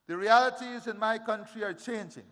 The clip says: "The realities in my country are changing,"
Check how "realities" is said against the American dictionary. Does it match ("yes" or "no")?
yes